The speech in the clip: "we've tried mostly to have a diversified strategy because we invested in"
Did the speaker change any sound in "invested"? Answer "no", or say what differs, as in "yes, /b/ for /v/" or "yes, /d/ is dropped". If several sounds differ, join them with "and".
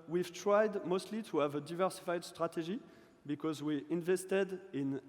no